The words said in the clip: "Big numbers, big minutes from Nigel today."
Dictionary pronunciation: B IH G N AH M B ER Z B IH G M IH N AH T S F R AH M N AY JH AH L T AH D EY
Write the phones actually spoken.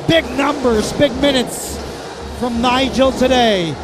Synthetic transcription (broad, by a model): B IH G N AH M B ER Z B IH G M IH N AH T S F R AH M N AY JH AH L T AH D EY